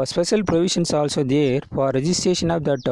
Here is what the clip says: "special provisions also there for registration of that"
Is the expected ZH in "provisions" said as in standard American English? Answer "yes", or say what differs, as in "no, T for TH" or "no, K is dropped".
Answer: no, SH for ZH